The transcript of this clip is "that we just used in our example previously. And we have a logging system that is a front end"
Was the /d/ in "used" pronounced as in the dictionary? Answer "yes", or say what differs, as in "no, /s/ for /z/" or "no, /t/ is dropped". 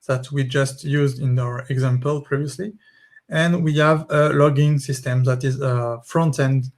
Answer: yes